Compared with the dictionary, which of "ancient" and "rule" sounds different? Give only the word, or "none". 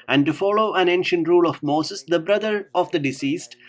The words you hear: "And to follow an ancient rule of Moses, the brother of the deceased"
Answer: none